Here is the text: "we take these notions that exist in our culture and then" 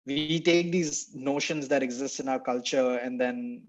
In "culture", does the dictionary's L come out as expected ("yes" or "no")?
yes